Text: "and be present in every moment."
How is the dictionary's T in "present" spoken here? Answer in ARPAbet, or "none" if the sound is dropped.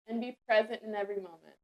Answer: T